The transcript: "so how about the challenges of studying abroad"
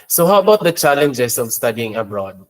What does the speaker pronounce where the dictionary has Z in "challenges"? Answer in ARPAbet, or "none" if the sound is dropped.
S